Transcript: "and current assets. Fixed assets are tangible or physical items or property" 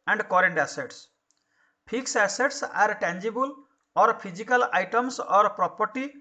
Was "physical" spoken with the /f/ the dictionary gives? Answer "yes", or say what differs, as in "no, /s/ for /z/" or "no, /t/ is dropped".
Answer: no, /p/ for /f/